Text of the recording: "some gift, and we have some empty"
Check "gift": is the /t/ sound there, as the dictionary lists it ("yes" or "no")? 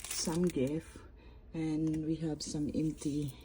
no